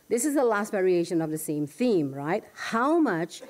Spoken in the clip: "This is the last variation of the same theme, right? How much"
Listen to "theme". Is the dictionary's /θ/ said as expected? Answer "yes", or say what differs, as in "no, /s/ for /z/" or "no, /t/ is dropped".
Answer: yes